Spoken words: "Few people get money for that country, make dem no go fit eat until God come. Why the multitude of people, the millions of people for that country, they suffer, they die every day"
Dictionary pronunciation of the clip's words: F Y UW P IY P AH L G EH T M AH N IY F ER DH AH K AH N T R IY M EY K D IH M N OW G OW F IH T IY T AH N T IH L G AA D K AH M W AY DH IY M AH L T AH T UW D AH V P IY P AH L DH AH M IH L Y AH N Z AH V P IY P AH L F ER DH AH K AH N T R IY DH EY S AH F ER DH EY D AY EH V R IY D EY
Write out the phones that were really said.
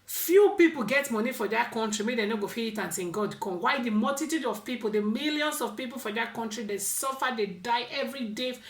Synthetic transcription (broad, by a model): F Y UW P IY P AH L G EH T M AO N IY F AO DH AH K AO N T R IY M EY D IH N OW G OW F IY IY T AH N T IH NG G AA D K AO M W AY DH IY M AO L T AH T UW D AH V P IY P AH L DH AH M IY L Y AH N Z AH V P IY P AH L F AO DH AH K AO N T R IY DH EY S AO F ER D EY D AY EH V R IY D EY